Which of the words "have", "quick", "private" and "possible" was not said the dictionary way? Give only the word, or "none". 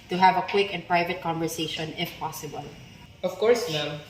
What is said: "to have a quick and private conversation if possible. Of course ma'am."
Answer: none